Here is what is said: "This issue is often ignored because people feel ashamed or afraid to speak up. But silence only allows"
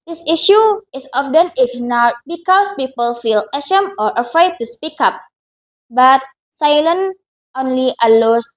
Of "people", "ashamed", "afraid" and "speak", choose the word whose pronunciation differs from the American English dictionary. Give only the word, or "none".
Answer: ashamed